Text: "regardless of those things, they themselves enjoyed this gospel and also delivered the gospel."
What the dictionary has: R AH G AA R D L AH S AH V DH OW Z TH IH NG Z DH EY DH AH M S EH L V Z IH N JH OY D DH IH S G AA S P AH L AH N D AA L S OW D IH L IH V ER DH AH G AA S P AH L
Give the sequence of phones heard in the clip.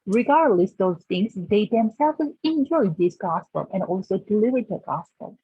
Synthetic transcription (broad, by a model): R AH G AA R D L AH S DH OW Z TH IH NG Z DH EY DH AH M S EH L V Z IH N JH OY D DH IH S G AA S P AH L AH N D AA L S OW D IH L IH V ER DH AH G AA S P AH L